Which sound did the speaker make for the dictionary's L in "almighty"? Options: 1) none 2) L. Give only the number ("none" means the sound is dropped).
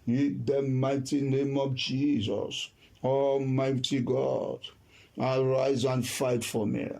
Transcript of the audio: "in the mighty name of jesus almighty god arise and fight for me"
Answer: 1